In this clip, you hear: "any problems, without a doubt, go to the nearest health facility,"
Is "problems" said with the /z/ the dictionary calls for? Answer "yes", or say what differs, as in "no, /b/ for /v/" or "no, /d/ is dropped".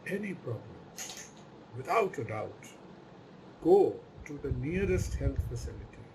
no, /z/ is dropped